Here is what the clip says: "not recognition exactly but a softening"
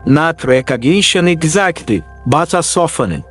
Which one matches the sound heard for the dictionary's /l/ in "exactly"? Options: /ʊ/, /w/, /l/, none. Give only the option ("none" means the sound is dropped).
none